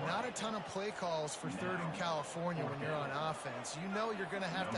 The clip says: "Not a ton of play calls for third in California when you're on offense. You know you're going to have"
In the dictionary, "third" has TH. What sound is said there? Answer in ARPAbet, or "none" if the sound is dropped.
TH